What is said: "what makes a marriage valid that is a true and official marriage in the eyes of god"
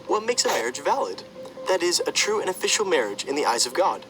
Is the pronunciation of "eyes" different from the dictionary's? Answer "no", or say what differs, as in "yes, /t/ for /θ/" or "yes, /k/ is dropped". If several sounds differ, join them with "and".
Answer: no